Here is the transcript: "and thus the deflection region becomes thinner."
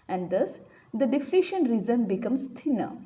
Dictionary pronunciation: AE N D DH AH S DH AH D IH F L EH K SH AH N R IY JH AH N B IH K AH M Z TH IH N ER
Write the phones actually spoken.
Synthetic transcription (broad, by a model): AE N D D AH S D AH D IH F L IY SH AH N R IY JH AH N B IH K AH M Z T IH N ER